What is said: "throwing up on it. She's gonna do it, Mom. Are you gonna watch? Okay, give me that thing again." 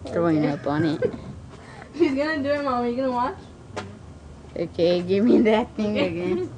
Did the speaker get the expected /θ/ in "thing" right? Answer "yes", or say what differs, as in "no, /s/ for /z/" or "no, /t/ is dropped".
no, /t/ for /θ/